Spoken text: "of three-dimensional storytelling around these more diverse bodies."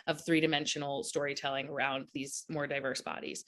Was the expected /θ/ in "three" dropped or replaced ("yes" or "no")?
no